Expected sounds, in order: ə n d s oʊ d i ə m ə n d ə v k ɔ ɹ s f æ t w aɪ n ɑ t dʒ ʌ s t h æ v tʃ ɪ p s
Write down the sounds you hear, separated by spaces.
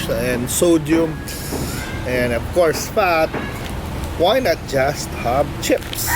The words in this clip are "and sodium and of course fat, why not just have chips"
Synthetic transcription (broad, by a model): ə n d s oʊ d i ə m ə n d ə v k ɔ ɹ s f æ t w aɪ n ɑ t dʒ ʌ s t h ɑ b tʃ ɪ p s